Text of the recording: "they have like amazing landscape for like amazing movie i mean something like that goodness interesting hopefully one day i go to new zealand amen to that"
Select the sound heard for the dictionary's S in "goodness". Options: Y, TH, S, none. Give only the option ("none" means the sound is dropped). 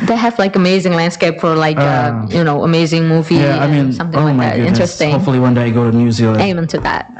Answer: none